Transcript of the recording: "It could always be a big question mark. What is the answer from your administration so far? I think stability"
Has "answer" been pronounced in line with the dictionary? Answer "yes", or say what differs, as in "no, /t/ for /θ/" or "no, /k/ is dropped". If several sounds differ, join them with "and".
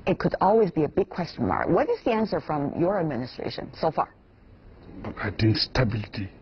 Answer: yes